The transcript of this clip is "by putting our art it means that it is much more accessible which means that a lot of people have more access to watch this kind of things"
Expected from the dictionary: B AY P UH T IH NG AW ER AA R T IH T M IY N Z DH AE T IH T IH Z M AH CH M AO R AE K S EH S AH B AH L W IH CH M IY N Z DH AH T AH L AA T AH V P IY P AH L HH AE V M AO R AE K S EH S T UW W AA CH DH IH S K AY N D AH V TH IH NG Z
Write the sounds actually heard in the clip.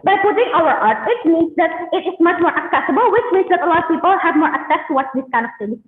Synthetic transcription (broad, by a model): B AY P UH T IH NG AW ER AA R T IH T M IY N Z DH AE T IH T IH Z M AH CH M AO R AE K S EH S AH B AH L W IH CH M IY N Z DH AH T AH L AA AH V P IY P AH L HH AE V M AO R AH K S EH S T UW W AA S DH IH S K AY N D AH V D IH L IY